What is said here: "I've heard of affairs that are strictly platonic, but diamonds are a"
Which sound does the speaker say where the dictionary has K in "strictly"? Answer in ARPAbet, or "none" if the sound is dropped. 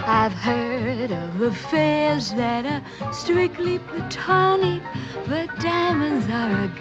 K